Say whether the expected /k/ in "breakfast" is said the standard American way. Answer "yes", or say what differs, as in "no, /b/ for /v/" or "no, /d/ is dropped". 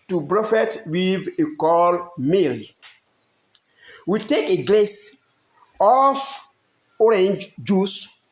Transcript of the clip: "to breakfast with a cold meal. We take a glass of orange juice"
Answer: no, /k/ is dropped